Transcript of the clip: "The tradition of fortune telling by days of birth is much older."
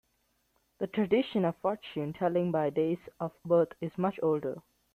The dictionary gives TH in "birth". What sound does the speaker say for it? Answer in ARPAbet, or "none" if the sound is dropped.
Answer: T